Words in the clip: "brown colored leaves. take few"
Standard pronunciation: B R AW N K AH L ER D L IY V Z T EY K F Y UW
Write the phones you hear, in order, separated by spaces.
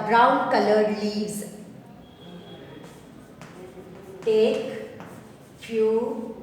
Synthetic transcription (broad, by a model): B R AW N K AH L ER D L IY Z T EY K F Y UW